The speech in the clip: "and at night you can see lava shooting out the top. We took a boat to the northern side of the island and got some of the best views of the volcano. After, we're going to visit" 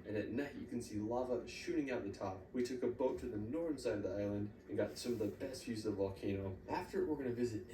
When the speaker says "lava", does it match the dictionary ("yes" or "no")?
yes